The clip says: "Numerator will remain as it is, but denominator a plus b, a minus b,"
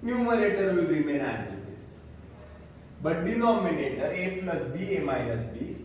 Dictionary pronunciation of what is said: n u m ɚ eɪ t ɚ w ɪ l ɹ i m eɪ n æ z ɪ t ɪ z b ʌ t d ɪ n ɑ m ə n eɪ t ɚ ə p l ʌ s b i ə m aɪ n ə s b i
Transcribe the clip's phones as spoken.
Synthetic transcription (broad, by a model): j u m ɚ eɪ t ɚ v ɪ l ɹ i m eɪ n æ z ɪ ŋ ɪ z b ʌ t d ɪ n ɑ m ə n eɪ t ɚ ə p l ʌ s b i ə m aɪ ə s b i